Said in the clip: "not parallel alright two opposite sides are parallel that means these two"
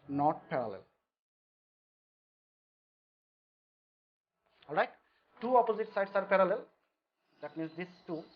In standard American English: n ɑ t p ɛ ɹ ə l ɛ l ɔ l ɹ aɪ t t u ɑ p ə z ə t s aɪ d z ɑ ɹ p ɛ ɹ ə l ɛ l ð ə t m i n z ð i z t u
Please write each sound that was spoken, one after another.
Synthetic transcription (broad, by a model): n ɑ t p ɛ ɹ ə l ɛ l ɔ l ɹ aɪ t t u ɑ p ə z ə t s aɪ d s ɑ ɹ p ɛ ɹ ə l ɛ l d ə t m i n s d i s t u